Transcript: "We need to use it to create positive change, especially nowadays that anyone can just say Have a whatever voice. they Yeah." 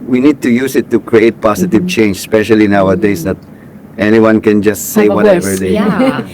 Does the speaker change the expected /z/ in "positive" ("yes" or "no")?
yes